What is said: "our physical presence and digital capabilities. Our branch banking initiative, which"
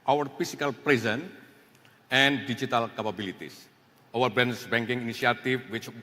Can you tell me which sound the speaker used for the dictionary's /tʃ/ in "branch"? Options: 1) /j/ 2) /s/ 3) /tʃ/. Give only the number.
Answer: 2